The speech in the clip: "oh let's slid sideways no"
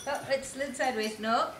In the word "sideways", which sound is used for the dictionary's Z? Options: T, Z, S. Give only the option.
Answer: S